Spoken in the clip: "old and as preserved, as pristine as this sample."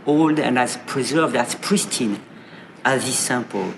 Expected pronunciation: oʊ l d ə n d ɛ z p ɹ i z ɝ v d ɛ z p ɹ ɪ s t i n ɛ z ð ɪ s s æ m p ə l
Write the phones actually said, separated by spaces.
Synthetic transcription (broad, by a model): oʊ l d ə n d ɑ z p ɹ i z ɝ v d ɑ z p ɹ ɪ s t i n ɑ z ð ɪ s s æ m p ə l